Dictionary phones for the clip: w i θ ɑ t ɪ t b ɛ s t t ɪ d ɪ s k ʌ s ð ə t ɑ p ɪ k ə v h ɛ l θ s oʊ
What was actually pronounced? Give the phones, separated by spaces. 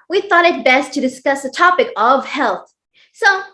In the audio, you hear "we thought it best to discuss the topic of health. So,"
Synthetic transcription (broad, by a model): w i θ ɑ t ɪ t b ɛ s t t ɪ d ɪ s k ʌ s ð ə t ɑ p ɪ k ə v h ɛ l θ s oʊ